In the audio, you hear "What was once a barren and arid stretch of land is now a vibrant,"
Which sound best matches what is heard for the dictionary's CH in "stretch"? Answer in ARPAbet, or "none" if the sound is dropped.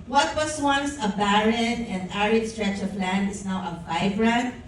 CH